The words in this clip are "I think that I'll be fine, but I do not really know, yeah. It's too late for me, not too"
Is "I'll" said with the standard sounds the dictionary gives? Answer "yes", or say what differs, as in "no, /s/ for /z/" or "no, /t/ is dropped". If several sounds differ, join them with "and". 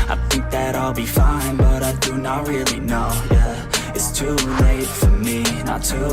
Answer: yes